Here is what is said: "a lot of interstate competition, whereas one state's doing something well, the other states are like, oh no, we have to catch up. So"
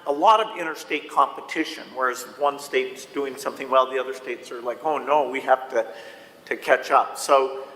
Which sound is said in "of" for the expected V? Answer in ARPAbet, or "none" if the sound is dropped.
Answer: V